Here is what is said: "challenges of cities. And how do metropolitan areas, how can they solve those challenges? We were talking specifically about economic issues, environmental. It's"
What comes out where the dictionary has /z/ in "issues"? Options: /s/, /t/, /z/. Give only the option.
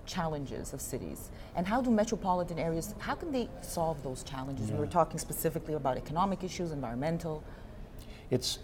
/z/